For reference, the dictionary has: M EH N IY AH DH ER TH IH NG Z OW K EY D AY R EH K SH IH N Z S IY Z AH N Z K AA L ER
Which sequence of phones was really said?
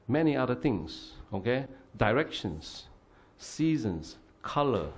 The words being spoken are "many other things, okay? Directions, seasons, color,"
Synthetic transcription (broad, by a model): M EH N IY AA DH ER T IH NG S OW K EY D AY R EH K SH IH N S IY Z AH N S K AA L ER